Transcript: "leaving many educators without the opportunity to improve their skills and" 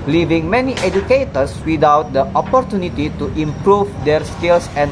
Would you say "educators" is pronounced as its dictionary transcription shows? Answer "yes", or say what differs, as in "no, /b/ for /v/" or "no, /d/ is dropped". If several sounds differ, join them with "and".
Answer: no, /s/ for /z/